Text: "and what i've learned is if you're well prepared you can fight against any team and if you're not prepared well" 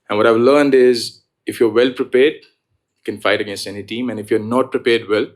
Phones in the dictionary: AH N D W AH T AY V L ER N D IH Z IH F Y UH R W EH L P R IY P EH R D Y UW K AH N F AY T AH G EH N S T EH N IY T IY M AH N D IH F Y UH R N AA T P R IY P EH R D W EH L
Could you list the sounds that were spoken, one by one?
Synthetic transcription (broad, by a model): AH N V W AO T AY V L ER N D IH Z IH F Y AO R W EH L P R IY P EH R D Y K AH N F AY T AH G EH N S T EH N IY T IY M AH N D IH F Y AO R N AA T P R IY P EH R D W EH L